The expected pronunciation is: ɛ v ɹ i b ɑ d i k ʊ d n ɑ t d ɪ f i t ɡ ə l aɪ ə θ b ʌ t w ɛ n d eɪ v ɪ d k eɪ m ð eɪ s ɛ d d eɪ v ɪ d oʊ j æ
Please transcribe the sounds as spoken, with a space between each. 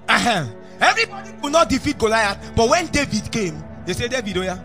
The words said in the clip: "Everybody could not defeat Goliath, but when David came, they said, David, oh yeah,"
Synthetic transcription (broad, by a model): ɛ v ɹ i b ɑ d i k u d n ɑ t d ɪ f i t ɡ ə l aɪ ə t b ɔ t w ɛ n d eɪ v ɪ d k eɪ m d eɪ s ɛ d d eɪ v ɪ d oʊ j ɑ